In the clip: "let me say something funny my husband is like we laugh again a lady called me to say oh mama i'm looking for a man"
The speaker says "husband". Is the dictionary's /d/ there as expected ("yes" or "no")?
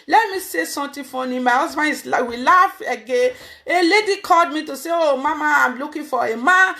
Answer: no